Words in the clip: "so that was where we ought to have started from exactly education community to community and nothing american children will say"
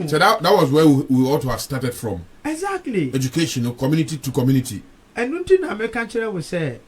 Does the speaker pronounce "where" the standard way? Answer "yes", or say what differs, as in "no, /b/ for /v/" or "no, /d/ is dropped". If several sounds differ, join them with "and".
no, /w/ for /ɹ/